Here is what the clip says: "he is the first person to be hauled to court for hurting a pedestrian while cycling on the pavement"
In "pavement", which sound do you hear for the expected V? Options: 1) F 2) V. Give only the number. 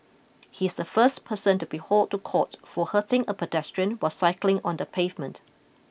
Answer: 2